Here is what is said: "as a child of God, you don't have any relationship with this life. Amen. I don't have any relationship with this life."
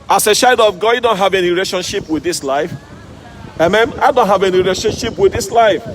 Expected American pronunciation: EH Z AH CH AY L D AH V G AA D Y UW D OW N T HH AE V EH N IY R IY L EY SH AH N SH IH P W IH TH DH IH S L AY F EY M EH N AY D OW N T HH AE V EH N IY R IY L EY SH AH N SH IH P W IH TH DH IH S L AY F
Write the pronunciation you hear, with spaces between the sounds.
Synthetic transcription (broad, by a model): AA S AH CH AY D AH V G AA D Y UW D OW N T HH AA V EH N IY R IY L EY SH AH N SH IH P W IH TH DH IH S L AY F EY M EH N AY D OW N T HH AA V EH N IY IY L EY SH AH N SH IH P W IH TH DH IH S L AY F